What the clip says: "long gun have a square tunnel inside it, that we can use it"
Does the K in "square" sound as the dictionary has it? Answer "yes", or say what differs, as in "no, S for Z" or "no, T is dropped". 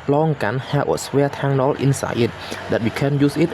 no, K is dropped